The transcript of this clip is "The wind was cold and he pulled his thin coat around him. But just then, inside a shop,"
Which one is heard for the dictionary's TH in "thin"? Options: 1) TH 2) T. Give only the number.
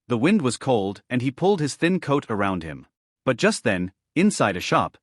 1